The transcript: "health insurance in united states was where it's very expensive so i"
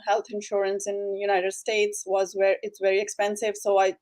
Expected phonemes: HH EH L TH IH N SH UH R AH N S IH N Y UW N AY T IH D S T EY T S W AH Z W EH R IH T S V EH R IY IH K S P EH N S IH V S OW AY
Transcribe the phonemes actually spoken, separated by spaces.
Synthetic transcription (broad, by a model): HH EH L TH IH N SH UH R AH N S IH N Y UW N AY T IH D S T EY T S W AH Z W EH R IH T S V EH R IY IH K S P EH N S IH V S OW AY